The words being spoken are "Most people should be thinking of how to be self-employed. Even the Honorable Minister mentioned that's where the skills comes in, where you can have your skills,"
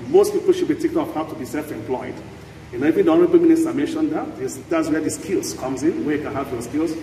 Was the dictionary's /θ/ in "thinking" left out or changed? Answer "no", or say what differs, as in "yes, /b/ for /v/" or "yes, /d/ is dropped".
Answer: yes, /t/ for /θ/